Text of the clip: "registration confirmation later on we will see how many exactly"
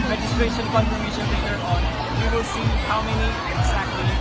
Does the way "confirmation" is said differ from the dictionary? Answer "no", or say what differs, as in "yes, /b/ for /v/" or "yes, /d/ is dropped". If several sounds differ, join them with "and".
yes, /p/ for /f/